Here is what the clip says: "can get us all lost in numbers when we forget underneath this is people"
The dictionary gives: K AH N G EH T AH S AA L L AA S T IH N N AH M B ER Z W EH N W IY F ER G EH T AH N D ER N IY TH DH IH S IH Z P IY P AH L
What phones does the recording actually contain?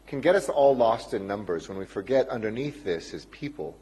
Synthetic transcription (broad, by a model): K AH N G EH T AH S AA L L AA S T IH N N AH M B ER Z W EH N W IY F ER G EH T AH N D ER N IY TH DH IH S IH Z P IY P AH L